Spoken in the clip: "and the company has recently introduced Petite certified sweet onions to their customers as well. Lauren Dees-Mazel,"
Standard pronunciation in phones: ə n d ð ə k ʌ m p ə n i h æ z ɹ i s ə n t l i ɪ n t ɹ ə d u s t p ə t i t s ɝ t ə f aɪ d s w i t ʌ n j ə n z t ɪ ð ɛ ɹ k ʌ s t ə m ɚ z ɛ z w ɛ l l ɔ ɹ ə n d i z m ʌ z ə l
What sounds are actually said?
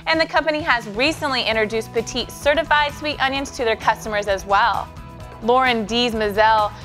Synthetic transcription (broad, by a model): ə n ð ə k ʌ m p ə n i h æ z ɹ i s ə n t l i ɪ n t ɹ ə d u s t p ə t i t s ɝ t ə f aɪ d s w i t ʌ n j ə n s t ɪ ð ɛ ɹ k ʌ s t ə m ɚ z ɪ z w ɛ l l ɔ ɹ ə n d i z m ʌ z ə l